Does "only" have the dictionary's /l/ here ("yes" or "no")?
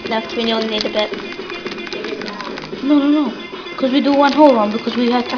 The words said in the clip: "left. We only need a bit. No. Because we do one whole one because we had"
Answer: no